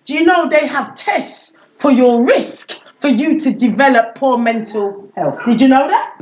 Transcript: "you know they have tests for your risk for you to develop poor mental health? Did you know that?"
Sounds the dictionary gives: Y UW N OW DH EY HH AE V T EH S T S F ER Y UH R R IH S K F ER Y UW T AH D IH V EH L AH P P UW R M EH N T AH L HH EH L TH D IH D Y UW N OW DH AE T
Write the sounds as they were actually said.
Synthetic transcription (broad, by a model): Y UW N OW DH EY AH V T EH S T S F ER Y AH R R IH S K F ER Y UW T AH D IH V EH L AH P P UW M EH N T AH L HH EH L TH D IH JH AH N OW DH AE T